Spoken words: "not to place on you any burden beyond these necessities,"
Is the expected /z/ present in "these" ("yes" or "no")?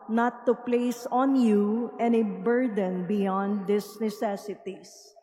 no